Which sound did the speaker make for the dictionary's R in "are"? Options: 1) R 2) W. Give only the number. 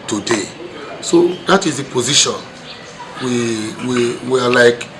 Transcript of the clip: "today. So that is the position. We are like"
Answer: 2